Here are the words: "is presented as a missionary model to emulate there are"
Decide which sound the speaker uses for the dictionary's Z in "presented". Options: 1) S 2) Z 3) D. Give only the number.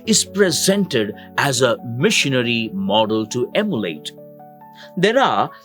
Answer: 2